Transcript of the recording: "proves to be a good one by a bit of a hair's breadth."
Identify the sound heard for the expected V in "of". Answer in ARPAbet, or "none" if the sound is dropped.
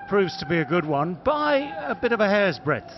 V